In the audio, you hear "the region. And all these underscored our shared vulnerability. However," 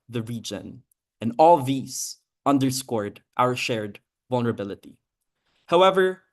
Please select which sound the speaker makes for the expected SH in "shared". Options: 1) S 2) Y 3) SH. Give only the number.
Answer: 3